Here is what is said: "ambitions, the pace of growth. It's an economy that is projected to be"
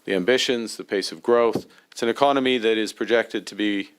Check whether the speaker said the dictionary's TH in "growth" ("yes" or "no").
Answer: yes